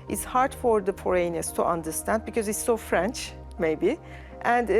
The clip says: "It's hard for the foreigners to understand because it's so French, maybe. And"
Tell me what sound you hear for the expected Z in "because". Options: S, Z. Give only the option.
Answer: Z